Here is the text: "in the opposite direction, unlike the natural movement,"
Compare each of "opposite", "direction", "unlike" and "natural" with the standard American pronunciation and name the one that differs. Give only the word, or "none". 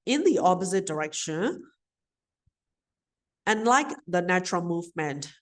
none